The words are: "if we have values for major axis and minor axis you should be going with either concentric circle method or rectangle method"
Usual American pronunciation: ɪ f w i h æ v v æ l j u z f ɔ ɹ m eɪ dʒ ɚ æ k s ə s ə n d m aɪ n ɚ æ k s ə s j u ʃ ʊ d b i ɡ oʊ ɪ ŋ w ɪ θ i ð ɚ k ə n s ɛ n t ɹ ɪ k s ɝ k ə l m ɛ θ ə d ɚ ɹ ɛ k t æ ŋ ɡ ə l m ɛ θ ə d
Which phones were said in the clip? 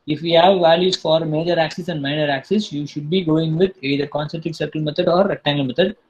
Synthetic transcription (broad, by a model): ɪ f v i h æ v v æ l j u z f ɔ ɹ m eɪ dʒ ɚ æ k s ə s ə n d m aɪ n ɚ æ k s ə s j u ʃ ʊ d b i ɡ oʊ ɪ ŋ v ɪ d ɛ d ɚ k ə n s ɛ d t ɪ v s ɝ k ə l m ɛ t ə d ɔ ɹ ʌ t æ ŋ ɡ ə l m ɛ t ə d